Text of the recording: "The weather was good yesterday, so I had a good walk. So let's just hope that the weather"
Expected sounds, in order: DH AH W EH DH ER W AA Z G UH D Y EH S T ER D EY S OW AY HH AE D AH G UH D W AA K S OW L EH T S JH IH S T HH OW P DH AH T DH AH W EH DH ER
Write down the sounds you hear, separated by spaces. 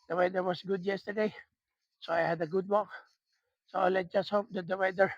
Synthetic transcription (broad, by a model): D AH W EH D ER W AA S G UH D Y EH S T ER D EY S OW AY HH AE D AH G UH D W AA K S OW L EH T JH IH S T HH OW P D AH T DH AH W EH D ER